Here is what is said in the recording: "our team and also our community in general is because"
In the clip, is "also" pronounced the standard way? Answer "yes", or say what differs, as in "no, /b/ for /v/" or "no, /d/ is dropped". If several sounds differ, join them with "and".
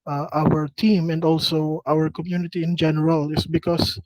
yes